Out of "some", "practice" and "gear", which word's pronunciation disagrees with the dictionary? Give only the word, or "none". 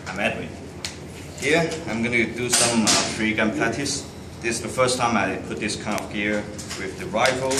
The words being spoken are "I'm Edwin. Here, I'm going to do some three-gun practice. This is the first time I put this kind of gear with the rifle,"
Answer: practice